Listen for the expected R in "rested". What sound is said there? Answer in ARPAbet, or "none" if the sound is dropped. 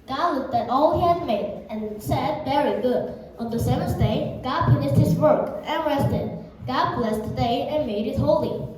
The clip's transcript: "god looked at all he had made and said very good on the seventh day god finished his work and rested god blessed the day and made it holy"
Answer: R